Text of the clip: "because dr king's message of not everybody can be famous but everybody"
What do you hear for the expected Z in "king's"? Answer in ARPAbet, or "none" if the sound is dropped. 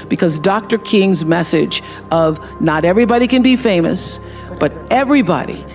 Z